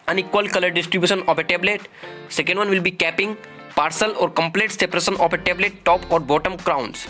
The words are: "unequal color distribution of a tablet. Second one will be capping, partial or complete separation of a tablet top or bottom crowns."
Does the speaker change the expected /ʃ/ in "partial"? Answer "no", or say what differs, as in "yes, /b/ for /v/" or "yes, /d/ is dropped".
yes, /s/ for /ʃ/